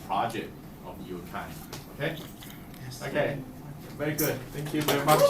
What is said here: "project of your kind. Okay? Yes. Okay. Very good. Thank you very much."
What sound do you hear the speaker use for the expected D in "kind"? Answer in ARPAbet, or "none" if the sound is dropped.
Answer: none